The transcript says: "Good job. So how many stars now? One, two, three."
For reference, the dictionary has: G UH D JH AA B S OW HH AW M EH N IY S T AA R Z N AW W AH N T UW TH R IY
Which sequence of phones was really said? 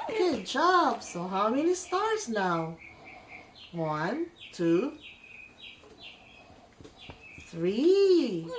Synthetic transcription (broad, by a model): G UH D JH AA B S OW HH AW M EH N IY S T AA R Z N AW W AH N T UW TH R IY